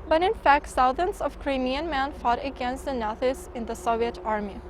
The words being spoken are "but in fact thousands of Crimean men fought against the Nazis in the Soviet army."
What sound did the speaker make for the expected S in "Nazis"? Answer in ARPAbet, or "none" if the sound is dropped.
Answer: none